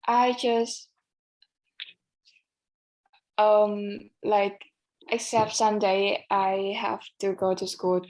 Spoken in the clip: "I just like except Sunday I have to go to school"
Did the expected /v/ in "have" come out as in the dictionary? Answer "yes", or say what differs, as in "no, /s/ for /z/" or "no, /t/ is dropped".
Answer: no, /f/ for /v/